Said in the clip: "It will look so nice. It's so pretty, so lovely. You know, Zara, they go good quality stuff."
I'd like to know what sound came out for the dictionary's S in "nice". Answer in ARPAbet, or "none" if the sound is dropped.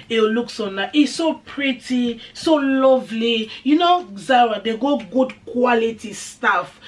none